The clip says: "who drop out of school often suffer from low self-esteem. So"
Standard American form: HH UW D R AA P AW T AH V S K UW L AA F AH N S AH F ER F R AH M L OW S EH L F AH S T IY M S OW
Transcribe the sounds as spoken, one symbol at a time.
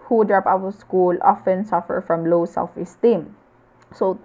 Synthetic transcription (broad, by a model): HH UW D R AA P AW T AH S K UW L AA F AH N S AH F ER F R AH M L OW S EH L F AH S T IY M S OW